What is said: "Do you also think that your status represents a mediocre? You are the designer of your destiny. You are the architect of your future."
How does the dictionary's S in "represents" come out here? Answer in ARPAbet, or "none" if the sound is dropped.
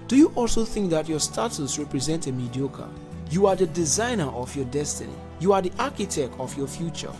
none